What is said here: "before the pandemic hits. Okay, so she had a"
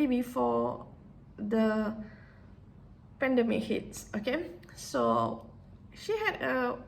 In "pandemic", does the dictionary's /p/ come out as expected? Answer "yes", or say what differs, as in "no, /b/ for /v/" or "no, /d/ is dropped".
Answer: yes